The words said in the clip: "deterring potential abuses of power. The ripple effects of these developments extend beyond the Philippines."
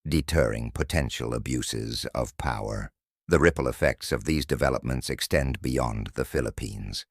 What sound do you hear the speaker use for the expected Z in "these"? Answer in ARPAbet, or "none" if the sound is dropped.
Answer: Z